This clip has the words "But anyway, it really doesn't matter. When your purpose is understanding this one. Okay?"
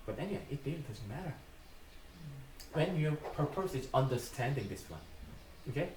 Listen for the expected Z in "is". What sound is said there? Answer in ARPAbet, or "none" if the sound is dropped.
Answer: S